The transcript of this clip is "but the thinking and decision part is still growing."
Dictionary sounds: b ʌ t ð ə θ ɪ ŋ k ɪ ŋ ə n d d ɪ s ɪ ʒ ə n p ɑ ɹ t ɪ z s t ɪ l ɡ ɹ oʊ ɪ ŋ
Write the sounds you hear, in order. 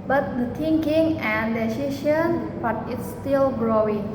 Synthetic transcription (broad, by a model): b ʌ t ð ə t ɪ ŋ k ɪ ŋ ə n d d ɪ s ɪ ʃ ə n b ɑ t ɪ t s t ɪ l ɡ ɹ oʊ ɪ ŋ